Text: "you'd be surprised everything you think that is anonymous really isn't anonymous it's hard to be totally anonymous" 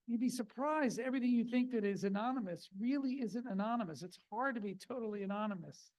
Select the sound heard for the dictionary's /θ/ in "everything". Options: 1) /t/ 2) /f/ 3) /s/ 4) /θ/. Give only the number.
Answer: 4